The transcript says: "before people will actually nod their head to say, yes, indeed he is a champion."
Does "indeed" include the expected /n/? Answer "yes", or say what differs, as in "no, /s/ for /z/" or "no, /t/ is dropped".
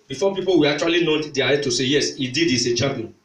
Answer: no, /n/ is dropped